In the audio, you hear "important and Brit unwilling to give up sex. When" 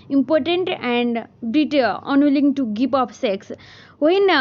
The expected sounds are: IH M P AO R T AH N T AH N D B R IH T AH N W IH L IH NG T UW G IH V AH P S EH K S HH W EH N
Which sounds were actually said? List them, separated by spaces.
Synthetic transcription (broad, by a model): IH M P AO R T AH N T AH N D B R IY T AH N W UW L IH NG T UW G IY P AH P S EH K S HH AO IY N